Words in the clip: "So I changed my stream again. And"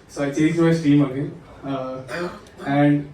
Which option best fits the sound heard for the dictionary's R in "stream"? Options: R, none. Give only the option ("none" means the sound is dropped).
none